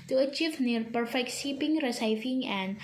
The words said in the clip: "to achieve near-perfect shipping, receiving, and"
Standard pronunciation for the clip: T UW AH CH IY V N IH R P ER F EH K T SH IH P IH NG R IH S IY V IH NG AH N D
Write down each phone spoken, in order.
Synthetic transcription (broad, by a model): T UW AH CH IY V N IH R P ER F EH K T S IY P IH NG R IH S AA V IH NG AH N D